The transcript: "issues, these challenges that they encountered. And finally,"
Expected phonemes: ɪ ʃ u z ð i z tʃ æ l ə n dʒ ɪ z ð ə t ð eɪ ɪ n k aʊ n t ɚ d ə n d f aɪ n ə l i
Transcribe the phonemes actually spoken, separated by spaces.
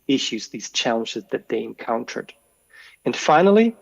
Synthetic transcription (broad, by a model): ɪ ʃ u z ð i z tʃ æ l ə n dʒ ɪ z ð ə t ð eɪ ɪ n k aʊ n t ɚ d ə n f aɪ n l i